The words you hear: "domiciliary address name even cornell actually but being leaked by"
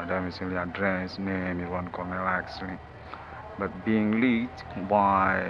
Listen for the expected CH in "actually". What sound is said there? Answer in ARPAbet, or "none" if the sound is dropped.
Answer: S